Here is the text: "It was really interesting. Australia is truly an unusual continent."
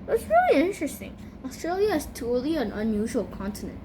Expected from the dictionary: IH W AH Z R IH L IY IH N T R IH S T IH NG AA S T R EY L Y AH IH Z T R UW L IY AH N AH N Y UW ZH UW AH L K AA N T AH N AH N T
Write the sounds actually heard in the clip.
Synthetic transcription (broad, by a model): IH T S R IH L IY IH N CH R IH S T IH NG AA S T R EY L Y AH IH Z T UW L IY AH N AH N Y UW ZH UW AH L K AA N T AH N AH N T